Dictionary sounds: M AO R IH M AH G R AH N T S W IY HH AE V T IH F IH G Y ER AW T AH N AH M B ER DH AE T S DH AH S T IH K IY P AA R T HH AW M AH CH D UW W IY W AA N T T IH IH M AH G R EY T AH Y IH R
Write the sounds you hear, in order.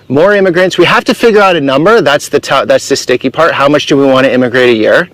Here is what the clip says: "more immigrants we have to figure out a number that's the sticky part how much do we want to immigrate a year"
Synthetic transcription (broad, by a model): M AO R IH M AH G R AH N T S W IY HH AE F T IH F IH G Y ER AW T AH N AH M B ER DH AE T S DH AH S T IH K IY P AA R T HH AW M AH CH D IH W IY W AA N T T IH IH M AH G R EY T AH Y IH R